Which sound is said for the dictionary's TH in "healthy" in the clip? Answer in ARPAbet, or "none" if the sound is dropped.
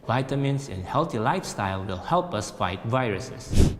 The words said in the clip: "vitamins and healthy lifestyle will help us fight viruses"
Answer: T